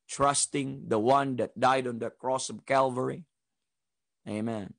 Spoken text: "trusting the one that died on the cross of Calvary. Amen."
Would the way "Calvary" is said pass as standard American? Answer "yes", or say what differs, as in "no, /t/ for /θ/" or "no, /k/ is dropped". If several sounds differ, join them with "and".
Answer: yes